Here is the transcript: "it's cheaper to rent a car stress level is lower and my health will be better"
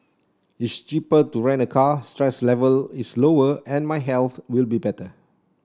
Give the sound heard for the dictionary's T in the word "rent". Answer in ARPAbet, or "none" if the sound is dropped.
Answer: none